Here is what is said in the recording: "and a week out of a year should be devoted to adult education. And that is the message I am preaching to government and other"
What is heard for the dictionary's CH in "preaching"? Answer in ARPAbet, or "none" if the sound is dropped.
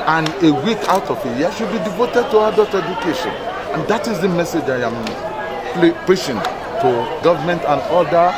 SH